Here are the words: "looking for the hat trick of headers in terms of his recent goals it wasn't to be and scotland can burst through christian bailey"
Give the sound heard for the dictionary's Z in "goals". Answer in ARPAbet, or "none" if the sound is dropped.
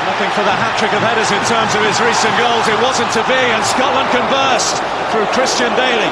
Z